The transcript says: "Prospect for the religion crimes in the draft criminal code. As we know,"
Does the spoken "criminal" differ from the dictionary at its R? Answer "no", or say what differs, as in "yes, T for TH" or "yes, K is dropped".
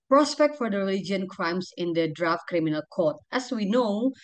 no